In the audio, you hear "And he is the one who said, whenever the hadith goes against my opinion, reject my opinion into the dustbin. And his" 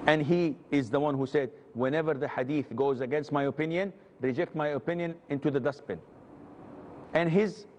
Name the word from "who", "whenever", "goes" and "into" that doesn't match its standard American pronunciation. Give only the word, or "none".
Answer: none